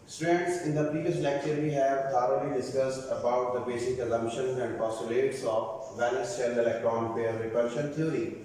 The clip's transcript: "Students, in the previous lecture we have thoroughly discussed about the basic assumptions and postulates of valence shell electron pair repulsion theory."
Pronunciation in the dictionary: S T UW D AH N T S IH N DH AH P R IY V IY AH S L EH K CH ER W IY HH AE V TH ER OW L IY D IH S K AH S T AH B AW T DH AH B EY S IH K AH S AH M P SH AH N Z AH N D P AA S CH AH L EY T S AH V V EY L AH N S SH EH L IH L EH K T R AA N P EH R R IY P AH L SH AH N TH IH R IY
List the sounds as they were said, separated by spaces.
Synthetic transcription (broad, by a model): S T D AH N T S IH N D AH P R IY V IY AH S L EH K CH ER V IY HH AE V T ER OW L IY D IH S K AH S T AH B AW T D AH B EY S IH K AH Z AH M SH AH N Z AH N D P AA S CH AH L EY T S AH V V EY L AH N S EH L IH L EH K T R AA N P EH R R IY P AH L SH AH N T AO R IY